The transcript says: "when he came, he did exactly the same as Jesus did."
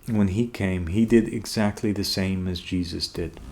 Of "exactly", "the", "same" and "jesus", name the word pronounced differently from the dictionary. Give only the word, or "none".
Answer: none